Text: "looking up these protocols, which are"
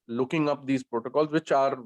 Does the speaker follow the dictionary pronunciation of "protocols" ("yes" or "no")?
yes